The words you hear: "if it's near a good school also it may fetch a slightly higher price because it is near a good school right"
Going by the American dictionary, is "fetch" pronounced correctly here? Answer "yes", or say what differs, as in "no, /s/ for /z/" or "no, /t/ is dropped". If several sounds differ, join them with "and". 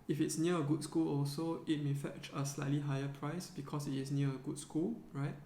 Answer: yes